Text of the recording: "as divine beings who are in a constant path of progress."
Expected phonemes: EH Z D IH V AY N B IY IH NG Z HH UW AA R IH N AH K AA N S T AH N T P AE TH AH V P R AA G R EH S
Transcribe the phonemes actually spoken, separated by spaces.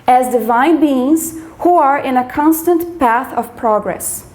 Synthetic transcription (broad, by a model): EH Z D IH V AY N B IY IH NG Z HH UW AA R IH N AH K AA N S T AH N T P AE TH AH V P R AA G R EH S